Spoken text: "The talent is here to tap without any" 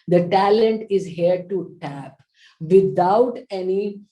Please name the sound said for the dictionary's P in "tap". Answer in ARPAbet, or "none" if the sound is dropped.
P